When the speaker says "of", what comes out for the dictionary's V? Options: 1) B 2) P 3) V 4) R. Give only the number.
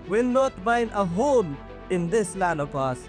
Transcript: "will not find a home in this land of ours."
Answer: 2